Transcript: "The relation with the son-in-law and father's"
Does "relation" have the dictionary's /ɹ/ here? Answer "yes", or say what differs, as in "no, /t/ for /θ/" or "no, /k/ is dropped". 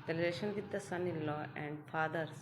no, /l/ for /ɹ/